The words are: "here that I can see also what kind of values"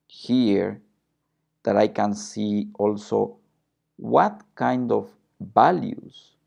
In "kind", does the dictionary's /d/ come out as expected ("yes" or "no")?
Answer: yes